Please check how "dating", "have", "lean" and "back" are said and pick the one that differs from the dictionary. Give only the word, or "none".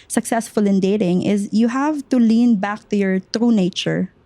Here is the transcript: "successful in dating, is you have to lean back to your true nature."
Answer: none